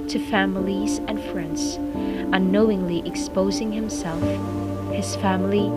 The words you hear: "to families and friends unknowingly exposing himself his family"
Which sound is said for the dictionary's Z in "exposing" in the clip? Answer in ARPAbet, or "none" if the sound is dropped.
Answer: Z